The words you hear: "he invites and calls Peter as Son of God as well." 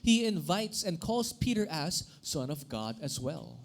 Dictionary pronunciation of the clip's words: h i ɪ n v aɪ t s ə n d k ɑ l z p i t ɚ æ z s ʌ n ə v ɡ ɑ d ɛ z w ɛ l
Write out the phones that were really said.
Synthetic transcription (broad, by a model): h i ɪ n v aɪ t s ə n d k ɑ l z p i t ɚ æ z s ʌ n ə v ɡ ɑ d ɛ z w ɛ l